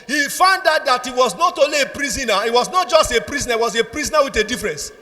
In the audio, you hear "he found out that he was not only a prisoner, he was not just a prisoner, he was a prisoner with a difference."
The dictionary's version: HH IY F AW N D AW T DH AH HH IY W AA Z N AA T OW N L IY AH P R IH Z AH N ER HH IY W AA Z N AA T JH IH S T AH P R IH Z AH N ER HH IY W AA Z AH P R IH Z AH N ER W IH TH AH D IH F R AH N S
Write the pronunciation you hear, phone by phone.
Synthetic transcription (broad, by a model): HH IY F AW N D AW T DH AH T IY W AA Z N AA T OW L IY AH P R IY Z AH N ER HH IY W AA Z N AA T JH IH S T AH P R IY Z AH N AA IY W AA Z AH P R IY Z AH N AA W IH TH AH D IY F R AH N S